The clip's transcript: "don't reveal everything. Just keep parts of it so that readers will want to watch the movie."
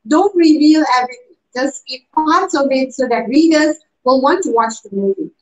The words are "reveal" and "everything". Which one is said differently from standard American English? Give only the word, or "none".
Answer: everything